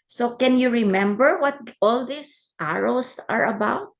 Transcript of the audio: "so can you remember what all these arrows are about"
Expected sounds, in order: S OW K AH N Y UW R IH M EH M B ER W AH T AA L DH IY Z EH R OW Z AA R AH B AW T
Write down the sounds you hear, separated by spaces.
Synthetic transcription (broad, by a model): S OW K AH N Y UW R IH M EH M B ER W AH T AA L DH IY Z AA R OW S AA R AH B AW T